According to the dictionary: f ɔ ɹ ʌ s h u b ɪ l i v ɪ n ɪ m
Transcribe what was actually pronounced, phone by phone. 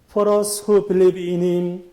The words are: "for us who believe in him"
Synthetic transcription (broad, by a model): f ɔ ɹ ʌ s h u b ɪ l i b ɪ n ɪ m